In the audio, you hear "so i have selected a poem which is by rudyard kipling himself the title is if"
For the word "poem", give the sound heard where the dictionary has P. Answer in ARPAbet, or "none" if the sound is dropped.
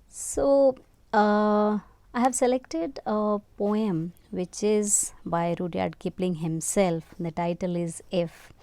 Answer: P